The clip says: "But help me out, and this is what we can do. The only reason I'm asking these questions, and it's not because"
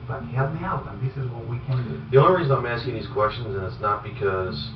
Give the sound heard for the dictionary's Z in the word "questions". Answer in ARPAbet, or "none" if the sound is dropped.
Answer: Z